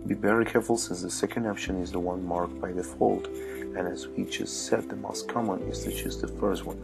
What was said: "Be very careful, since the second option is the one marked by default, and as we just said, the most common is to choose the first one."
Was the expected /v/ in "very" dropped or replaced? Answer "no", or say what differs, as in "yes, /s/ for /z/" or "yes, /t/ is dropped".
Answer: yes, /b/ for /v/